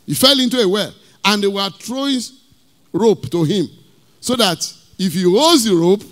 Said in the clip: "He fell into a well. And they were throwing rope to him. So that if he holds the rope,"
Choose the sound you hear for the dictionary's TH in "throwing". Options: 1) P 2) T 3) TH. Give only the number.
2